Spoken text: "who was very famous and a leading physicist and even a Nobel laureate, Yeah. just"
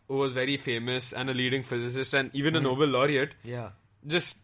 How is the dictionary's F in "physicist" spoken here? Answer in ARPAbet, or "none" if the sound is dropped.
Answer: F